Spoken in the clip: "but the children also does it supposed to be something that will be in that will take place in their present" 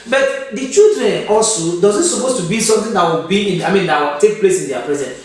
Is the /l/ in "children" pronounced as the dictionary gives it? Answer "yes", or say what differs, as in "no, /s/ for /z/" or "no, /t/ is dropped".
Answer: no, /l/ is dropped